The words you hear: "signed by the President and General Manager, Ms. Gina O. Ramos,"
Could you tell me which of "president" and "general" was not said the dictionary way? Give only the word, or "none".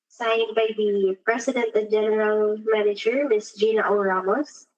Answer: president